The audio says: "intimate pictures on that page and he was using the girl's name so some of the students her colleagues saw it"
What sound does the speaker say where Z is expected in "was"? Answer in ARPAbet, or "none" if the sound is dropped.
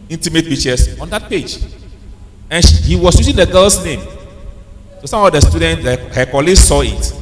S